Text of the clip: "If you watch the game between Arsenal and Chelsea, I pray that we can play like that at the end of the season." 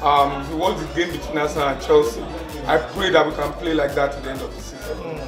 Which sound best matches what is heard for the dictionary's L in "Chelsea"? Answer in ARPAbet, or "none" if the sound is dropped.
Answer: L